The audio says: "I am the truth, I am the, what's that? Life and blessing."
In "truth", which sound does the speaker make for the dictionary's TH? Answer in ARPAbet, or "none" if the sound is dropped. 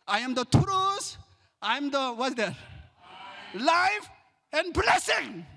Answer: S